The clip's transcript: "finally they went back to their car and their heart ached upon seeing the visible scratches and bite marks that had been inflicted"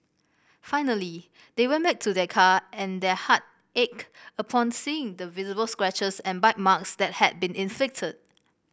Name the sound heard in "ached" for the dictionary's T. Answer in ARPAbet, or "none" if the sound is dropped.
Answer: none